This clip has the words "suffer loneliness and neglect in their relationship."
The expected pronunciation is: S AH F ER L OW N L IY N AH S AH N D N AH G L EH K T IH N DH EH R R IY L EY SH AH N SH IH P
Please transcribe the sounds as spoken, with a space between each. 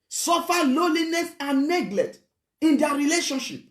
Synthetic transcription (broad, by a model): S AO F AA L OW L IY N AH S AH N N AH G L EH T IH N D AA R R IY L EY SH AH N SH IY P